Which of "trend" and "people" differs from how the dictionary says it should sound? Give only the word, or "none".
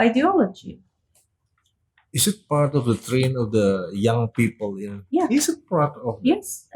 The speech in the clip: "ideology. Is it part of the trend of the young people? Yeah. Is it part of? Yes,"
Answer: trend